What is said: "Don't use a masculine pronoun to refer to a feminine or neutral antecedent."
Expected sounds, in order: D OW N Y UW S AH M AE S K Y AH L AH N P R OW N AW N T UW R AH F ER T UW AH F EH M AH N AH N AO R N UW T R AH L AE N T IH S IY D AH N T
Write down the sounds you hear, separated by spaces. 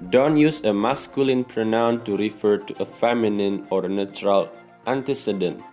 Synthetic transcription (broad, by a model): D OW N Y UW S AH M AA S K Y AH L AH N P R OW N AW N T UW R AH F ER T UW AH F EH M AH N AH N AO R N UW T R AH L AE N T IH S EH D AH N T